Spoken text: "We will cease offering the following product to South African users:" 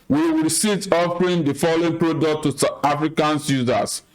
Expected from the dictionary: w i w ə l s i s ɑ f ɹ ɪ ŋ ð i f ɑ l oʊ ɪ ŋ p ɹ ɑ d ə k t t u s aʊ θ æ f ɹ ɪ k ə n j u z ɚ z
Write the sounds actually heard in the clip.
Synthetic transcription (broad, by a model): w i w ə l s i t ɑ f ɹ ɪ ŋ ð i f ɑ l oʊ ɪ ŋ p ɹ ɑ d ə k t t u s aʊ t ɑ f ɹ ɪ k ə n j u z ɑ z